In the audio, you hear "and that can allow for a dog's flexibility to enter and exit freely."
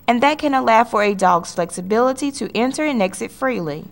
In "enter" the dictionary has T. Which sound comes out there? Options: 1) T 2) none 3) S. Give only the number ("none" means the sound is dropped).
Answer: 1